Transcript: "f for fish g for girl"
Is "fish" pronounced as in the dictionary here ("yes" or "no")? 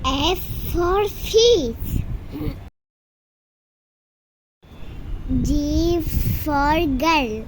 no